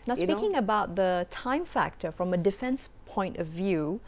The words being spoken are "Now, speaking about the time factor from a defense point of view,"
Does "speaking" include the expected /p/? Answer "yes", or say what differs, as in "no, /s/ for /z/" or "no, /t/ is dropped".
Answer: no, /p/ is dropped